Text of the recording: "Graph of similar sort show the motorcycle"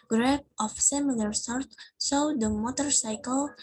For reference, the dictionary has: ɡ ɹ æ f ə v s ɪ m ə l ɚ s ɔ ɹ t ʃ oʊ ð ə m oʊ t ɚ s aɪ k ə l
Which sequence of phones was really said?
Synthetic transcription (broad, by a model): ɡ ɹ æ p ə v s ɪ m ə l ɚ s ɔ ɹ t s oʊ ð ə m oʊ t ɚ s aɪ k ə l